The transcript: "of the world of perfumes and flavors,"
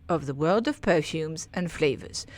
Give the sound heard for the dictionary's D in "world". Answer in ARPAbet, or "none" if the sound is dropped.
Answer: D